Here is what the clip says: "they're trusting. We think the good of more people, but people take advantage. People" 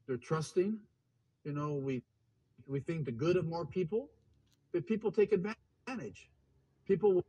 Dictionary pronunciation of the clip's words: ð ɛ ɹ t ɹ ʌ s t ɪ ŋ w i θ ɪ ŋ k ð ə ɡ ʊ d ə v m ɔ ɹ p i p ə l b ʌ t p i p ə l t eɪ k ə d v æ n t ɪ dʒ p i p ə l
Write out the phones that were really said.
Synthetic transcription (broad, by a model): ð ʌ ɹ t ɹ ʌ s t ɪ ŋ w i θ ɪ ŋ k ð ə ɡ ʊ d ə v m ɔ ɹ p i p l b ʌ t p i p l t eɪ k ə d v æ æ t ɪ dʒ p i p l